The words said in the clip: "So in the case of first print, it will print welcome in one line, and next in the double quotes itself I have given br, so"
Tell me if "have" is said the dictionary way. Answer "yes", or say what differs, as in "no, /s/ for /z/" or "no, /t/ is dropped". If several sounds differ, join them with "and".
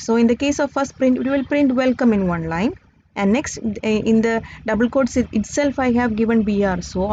yes